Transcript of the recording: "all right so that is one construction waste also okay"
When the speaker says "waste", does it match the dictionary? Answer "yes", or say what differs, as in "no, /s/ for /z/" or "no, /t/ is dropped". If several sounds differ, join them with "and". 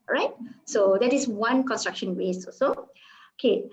no, /t/ is dropped